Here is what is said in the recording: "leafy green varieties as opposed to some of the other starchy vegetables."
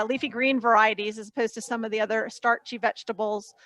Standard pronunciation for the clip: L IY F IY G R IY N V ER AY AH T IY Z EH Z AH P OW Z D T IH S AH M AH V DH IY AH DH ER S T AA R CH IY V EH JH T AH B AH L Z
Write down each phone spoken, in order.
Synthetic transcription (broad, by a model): L IY F IY G R IY N V ER AY AH T IY Z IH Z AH P OW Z T IH S AH M AH V DH IY AH DH ER S T AA R CH IY V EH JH T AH B L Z